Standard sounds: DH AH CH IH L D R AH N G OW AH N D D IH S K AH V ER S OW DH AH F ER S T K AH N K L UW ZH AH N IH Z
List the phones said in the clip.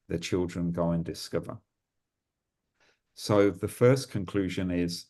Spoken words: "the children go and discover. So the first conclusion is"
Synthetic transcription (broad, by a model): DH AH CH IH L D R AH N G OW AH N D D IH S K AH V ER S OW DH AH F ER S K AH N K L UW ZH AH N IH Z